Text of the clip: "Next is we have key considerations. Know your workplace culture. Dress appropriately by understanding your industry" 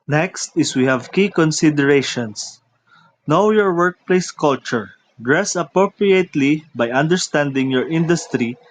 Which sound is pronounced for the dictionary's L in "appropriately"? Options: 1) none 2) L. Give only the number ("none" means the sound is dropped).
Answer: 2